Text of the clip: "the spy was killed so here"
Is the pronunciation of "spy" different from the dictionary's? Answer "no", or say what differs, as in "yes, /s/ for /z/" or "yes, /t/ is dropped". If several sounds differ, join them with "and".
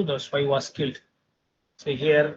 yes, /p/ is dropped